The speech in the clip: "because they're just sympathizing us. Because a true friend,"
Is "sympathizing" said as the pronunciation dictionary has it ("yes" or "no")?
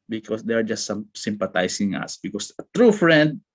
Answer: no